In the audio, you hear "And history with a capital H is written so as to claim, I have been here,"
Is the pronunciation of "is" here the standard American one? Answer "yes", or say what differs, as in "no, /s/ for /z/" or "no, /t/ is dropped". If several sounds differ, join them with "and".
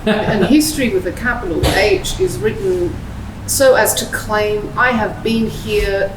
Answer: yes